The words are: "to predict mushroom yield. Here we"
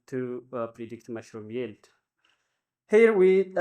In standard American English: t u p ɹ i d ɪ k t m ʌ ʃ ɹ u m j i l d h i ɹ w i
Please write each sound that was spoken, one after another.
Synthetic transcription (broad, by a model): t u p ɹ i d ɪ k t m ʌ ʃ ɹ u m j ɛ l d h i ɹ w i